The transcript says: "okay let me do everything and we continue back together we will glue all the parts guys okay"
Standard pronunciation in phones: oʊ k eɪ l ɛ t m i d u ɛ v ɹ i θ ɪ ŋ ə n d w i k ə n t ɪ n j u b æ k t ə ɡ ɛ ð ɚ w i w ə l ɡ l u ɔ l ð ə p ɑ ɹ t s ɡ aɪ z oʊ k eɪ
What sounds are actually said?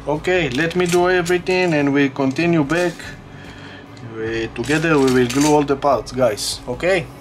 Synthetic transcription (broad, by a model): oʊ k eɪ l ɛ t m i d u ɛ v ɹ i t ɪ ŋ ə n d w i k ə n t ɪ n j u b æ k t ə ɡ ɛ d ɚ w i w ə l ɡ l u ɔ l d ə p ɑ ɹ t s ɡ aɪ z oʊ k eɪ